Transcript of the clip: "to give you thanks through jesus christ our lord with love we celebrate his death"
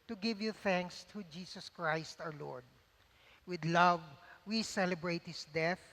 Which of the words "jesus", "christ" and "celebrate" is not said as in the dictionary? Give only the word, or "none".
jesus